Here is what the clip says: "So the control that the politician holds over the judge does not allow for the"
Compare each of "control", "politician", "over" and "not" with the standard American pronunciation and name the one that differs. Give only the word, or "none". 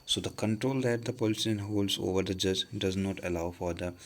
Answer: politician